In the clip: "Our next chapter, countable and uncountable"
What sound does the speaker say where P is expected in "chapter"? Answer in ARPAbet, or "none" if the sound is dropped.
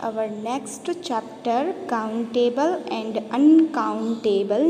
P